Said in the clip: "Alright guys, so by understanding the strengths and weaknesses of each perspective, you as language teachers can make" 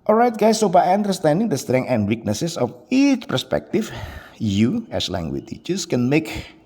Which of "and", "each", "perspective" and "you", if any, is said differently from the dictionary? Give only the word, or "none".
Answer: perspective